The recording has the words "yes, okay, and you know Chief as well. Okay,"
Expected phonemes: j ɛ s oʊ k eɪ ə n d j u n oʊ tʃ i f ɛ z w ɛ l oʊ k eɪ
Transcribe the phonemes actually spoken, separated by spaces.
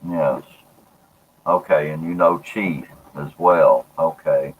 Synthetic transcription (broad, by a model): j ɛ s oʊ k eɪ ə n j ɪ n oʊ tʃ i ɪ z w ɛ l oʊ k eɪ